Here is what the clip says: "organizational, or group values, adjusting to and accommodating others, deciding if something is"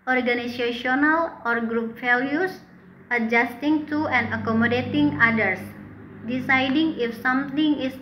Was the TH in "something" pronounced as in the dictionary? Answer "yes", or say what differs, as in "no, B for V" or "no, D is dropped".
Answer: no, T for TH